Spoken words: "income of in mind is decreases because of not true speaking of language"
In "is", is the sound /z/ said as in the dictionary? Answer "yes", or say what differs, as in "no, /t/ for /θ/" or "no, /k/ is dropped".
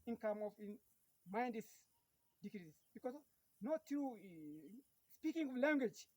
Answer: no, /s/ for /z/